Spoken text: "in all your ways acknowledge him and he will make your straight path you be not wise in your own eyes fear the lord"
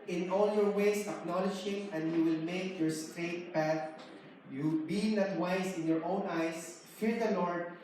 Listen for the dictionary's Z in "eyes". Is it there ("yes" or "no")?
no